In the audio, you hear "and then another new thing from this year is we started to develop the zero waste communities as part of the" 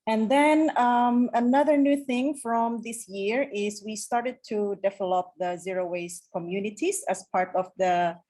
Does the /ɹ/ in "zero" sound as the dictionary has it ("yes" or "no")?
yes